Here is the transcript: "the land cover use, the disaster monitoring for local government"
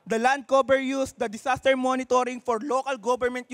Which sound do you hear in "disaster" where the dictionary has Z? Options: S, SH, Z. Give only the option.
S